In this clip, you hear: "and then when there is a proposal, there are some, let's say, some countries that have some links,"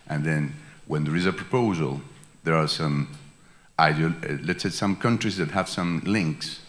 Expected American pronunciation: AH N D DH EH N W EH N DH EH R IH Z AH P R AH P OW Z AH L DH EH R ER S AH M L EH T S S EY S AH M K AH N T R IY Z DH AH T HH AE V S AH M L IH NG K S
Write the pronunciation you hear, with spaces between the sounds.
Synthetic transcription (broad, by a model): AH N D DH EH N W EH N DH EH R IH Z AH P R AH P OW Z AH L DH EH R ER S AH M L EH T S S EY S AH M K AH N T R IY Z DH AH T HH AE V S AH M L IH NG K S